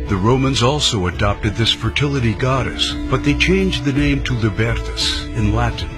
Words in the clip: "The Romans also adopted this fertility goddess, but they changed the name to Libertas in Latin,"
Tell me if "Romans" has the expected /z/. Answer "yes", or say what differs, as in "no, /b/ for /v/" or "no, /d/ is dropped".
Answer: yes